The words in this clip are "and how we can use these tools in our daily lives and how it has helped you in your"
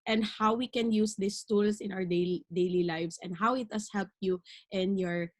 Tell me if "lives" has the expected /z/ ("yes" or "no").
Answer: no